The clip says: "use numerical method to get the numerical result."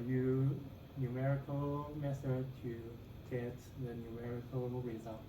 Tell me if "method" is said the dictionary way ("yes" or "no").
no